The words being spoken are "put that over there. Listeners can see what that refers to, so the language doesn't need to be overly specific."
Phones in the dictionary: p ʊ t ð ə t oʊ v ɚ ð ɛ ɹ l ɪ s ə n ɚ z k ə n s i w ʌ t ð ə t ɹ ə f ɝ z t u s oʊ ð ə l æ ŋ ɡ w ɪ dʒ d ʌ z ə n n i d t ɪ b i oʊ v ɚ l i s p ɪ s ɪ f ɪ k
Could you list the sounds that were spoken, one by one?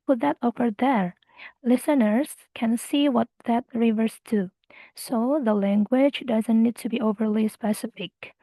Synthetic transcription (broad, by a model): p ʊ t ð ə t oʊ f ɚ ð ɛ ɹ l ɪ s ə n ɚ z k ə n s i w ʌ t ð ə t ɹ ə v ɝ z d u s oʊ ð ə l æ ŋ ɡ w ɪ dʒ d ʌ z ə n n i d t ɪ b i oʊ v ɚ l i s p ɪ s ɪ f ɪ k